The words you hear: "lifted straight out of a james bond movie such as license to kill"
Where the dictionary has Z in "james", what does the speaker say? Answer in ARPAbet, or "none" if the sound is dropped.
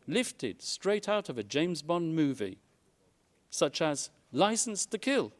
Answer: Z